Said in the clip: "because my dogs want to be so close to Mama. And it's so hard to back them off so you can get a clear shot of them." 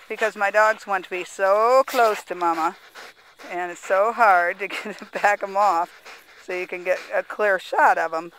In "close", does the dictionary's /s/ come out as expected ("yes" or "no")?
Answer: yes